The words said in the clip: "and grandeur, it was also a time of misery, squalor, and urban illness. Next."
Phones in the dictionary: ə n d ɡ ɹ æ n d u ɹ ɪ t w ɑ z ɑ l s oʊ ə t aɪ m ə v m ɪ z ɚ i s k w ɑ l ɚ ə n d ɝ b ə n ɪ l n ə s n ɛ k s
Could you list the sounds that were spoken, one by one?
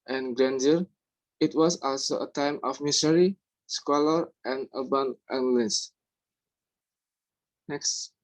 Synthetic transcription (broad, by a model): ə n ɡ ɹ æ n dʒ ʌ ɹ ɪ t w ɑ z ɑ l s oʊ ə t aɪ m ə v m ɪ s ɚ i s k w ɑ l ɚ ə n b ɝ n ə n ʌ l ə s n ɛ k s